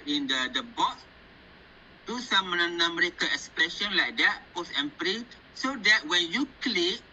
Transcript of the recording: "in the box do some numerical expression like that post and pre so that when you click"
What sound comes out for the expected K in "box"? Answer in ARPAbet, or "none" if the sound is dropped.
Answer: none